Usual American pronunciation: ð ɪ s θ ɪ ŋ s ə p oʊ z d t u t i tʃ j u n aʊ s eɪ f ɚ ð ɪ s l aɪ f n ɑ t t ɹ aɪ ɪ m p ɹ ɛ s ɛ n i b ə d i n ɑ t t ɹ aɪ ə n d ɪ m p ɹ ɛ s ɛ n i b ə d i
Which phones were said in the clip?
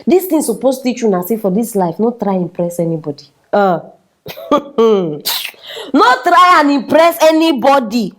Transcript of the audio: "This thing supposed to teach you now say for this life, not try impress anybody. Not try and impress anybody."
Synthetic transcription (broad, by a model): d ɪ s t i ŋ s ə p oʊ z t u t i tʃ j u n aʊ s eɪ f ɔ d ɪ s l aɪ f n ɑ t t ɹ aɪ ɪ m p ɹ ɛ s ɛ n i b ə d i n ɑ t t ɹ aɪ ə n ɪ m p ɹ ɛ s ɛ n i b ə d i